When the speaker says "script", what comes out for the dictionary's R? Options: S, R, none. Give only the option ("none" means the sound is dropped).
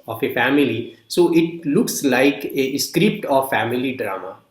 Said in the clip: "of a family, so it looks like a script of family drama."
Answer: R